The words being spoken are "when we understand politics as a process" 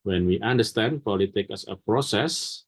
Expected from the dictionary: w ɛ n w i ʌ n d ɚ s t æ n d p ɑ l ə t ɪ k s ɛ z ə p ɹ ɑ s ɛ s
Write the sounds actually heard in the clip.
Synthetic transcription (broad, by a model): w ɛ n w i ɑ n d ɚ s t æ n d p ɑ l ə t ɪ k ɛ s ə p ɹ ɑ s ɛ s